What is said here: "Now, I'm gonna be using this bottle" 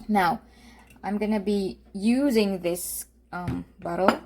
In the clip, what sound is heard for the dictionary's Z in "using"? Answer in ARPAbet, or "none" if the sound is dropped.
Z